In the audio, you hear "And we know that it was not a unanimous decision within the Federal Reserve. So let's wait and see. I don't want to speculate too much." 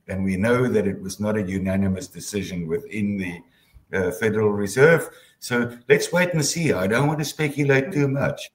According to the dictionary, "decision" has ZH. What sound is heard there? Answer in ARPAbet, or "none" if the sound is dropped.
ZH